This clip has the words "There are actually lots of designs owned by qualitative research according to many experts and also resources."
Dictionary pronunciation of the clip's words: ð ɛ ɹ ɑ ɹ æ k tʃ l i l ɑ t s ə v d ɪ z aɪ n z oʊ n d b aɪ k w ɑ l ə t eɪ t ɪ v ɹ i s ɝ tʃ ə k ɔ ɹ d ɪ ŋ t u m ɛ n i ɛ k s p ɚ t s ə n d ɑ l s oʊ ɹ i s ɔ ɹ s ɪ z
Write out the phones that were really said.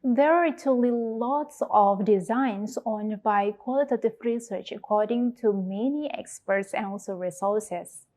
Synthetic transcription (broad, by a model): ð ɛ ɹ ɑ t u l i l ɑ t s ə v d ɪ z aɪ n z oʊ n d b aɪ k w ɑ l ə t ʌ t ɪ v ɹ i s ɝ tʃ ə k ɔ ɹ d ɪ ŋ t u m ɛ n i ɛ k s p ɚ t s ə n ɑ l s oʊ ɹ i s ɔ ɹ s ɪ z